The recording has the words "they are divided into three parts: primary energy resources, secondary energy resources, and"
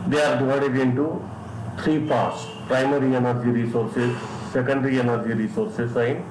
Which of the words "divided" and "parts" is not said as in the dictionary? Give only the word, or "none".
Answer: divided